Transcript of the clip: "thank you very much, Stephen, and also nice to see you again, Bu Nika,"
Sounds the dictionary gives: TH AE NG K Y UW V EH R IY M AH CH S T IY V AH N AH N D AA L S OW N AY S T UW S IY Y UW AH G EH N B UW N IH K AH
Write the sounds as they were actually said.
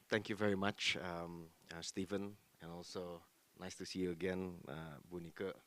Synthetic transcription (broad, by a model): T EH NG K Y UW V EH R IY M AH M S T IY V AH N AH N AA L S OW N AY S T UW S IY Y UW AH G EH N B UW N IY K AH